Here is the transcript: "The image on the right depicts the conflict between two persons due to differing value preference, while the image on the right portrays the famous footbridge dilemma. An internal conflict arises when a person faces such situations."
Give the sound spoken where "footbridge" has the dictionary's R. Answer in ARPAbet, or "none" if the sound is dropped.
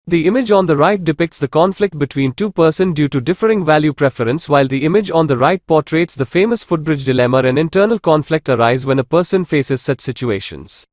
R